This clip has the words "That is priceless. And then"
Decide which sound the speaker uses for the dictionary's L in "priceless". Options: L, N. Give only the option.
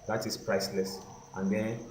L